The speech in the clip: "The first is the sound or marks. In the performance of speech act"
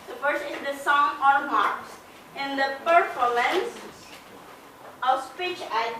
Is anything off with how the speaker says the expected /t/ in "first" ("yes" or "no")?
yes